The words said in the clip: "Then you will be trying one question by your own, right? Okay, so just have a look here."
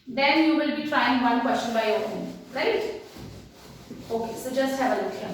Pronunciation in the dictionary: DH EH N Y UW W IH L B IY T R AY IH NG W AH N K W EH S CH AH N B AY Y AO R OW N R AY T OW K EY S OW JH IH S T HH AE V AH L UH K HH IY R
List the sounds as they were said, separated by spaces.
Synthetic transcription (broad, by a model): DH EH N Y UW W IH L B IY T R AY IH NG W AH N K W EH S CH AH N B AY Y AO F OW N R AY T OW K EY S OW JH IH S T HH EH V AH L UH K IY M